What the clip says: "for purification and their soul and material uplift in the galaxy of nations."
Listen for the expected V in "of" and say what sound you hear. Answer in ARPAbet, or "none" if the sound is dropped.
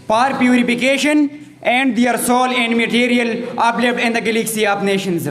P